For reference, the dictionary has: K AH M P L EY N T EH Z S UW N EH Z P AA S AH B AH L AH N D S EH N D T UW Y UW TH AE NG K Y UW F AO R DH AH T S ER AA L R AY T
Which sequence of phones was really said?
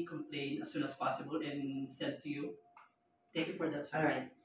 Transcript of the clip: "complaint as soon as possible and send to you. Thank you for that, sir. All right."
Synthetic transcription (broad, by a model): K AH M P L EY N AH S UW N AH S P AA S AH B AH L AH N S EH D T UW Y UW T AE NG K Y UW F AO R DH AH T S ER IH R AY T